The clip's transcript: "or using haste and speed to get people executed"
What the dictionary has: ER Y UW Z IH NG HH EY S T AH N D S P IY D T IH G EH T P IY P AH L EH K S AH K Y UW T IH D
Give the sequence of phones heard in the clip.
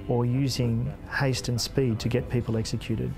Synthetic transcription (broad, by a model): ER Y UW Z IH NG HH EY S T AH N S P IY D T IH G EH T P IY P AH L EH K S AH K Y UW T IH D